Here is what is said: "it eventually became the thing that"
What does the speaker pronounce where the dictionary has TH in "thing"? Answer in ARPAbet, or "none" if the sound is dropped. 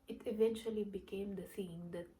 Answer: S